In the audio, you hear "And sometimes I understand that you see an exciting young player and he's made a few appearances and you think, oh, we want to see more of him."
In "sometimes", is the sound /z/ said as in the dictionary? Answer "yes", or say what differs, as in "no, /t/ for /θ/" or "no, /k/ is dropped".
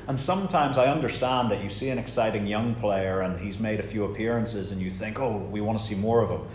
yes